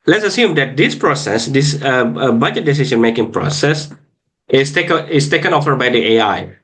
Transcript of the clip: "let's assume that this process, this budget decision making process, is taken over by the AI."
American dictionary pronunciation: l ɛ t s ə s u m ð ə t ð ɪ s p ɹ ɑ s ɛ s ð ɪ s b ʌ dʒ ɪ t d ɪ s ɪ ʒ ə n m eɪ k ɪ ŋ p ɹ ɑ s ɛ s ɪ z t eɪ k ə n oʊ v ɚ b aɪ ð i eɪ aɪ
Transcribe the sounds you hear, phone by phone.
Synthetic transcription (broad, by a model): l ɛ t s ə s u m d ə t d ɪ s p ɹ ɑ s ɛ s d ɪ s b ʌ dʒ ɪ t d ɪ s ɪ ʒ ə n m eɪ k ɪ ŋ p ɹ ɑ s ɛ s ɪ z t eɪ k ə n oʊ f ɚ b aɪ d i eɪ aɪ